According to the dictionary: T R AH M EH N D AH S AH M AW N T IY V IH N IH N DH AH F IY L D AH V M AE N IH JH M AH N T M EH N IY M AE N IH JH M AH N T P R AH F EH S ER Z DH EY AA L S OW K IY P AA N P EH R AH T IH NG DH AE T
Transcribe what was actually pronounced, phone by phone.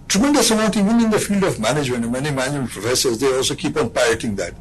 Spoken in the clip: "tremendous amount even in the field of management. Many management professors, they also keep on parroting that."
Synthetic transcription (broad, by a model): T R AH M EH N D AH S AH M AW T IY V IH N IH N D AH F IY L D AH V M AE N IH JH M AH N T M EH N IY M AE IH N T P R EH S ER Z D EY AA L S OW K IY P AA N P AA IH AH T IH NG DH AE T